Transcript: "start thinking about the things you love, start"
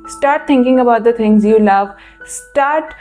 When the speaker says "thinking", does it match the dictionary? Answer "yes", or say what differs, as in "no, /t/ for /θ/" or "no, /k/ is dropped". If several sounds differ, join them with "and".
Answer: no, /t/ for /θ/